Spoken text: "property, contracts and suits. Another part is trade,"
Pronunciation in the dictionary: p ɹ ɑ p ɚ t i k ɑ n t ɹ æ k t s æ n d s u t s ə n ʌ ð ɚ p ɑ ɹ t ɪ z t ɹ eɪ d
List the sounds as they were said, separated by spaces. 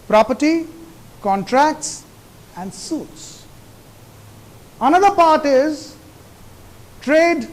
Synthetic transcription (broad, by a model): p ɹ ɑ p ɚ t i k ɑ n t ɹ æ k t s æ n d s u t s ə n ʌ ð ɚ p ɑ ɹ t ɪ z t ɹ eɪ d